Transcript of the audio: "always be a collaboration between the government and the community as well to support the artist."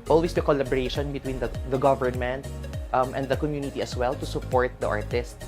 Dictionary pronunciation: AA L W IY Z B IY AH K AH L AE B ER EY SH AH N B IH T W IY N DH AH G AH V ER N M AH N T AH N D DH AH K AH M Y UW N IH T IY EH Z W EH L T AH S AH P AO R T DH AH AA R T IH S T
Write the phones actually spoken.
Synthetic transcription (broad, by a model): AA L W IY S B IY K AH L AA B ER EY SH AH N B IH T W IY N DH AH G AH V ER N M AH N T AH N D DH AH K AH M Y UW N IH T IY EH S W EH L T AH S AH P AO R T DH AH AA R T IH S T